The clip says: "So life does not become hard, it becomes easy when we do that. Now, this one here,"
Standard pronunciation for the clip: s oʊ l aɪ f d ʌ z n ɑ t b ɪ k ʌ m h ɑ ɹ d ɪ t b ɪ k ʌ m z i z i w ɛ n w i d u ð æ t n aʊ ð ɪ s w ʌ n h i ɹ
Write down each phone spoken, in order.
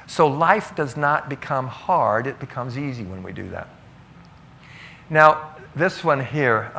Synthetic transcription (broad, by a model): s oʊ l aɪ f d ʌ z n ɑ t b ɪ k ʌ m h ɑ ɹ d ɪ t b ɪ k ʌ m z i z i w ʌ n w i d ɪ ð æ t n aʊ ð ɪ s w ʌ n h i ɹ